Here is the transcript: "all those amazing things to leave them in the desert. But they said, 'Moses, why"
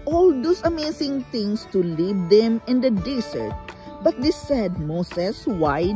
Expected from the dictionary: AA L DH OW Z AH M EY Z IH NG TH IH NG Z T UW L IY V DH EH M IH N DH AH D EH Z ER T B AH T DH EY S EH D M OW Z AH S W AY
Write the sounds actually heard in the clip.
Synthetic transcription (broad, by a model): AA L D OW S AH M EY S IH NG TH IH NG S T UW L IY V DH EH M IH N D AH D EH S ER T B AH T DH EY S EH D M OW S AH S W AY